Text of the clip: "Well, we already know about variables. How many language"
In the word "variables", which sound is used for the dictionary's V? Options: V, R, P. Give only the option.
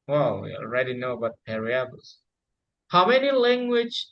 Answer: P